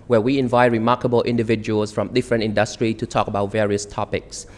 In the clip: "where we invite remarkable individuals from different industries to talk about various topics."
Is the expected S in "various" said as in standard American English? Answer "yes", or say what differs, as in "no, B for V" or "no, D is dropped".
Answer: yes